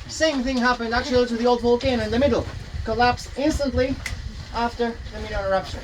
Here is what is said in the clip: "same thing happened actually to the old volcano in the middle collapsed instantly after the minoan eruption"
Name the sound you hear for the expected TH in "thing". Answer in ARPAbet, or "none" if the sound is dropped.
TH